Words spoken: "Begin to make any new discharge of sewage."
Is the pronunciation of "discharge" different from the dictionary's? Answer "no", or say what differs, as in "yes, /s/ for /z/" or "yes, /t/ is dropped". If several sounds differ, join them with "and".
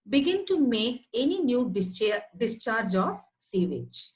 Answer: no